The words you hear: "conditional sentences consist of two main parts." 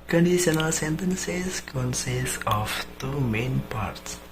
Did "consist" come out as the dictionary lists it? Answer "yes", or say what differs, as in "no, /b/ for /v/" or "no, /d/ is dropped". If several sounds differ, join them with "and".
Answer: no, /t/ is dropped